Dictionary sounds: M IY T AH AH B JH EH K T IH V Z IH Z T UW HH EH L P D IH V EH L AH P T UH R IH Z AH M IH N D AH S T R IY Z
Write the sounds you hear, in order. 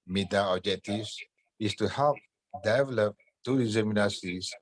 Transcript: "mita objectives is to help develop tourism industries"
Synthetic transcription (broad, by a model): M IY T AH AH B JH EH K T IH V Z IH S T UW HH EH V D IH V EH L AH P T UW IH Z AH M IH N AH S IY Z